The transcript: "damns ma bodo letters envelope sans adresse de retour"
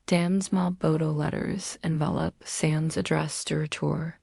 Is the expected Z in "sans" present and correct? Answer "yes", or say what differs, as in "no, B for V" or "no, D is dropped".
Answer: yes